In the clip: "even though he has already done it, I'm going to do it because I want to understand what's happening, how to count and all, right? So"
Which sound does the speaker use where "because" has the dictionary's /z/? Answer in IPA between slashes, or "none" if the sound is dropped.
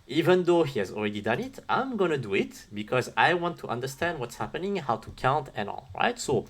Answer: /z/